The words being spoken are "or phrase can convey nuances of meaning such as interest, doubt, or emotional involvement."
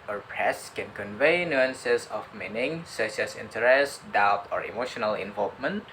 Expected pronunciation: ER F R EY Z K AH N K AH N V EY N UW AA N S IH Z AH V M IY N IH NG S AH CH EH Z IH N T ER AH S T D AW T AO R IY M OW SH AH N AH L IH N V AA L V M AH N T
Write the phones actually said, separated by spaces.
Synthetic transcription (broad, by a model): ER P R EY S K AH N K AH N V EY N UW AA N S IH S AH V M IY N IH NG S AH S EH S IH N T ER AH S T D AW T AO R IY M OW SH AH N AH L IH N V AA L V M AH N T